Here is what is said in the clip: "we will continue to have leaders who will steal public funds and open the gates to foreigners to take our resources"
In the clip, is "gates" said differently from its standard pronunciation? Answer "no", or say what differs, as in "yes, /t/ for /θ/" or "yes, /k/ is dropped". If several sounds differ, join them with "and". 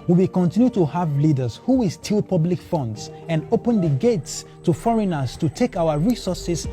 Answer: no